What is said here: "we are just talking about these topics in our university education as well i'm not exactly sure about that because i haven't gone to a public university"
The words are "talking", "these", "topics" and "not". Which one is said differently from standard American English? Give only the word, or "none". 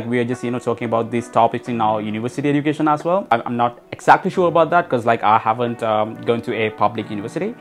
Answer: these